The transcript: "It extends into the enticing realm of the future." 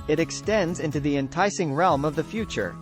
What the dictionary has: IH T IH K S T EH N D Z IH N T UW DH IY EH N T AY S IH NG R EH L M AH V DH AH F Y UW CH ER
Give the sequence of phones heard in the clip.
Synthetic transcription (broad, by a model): IH T IH K S T EH N D Z IH N T UW DH IY EH N T AY S IH NG R EH L M AH V DH AH F Y UW CH ER